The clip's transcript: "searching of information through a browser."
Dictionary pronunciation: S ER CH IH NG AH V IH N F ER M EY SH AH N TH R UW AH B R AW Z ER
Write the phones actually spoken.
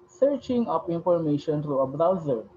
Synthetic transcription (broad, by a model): S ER CH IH NG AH P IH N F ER M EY SH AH N T R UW AH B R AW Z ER